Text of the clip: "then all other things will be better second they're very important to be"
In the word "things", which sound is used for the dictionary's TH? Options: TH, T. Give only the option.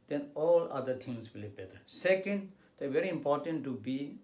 T